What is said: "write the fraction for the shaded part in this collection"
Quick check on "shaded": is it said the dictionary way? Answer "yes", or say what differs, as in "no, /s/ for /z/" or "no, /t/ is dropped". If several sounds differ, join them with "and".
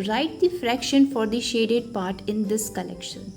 yes